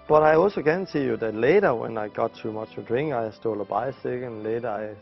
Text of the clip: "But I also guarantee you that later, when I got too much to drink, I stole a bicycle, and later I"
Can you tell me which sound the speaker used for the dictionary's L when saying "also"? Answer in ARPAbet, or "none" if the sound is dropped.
L